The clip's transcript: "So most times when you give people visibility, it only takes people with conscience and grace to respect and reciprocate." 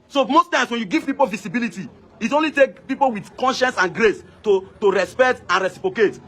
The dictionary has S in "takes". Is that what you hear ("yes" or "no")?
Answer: no